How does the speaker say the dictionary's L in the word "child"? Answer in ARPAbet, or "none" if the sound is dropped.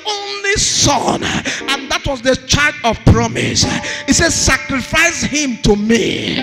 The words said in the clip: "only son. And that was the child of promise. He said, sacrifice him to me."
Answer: none